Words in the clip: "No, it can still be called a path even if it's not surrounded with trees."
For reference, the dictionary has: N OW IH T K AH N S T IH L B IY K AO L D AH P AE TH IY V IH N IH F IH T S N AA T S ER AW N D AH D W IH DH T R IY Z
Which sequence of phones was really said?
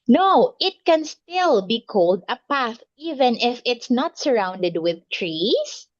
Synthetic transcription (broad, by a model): N OW IH T K AH N S T IH L B IY K AO L D AH P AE TH IY V IH N IH F IH T S N AA T S ER AW N D AH D W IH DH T R IY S